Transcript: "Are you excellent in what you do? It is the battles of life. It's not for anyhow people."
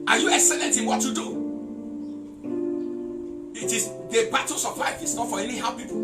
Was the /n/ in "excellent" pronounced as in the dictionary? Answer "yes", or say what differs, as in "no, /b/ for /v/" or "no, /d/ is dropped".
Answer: yes